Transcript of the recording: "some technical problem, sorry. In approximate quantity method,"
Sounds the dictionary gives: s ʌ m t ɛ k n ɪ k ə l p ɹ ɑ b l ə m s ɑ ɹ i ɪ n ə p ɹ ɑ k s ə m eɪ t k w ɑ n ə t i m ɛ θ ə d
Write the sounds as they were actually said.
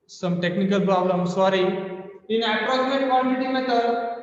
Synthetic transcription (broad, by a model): s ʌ m t ɛ k n ɪ k ə l p ɹ ɑ b l ə m s ɑ ɹ i ɪ n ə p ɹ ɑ s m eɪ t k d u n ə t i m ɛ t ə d